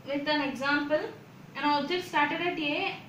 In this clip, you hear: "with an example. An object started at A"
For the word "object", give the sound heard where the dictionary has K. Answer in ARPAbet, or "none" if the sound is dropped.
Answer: none